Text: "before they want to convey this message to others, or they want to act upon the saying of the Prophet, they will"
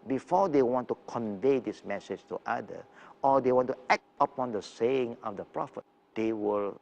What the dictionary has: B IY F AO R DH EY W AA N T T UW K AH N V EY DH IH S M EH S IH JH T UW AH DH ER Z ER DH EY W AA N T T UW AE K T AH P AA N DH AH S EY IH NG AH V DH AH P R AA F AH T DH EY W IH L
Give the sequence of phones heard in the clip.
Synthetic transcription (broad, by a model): B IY F AO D EY W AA N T T UW K AH N V EY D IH S M EH S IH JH T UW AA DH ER AO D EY W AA N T T UW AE K T AH P AA N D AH S EY IH NG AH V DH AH P R AA F AH T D EY W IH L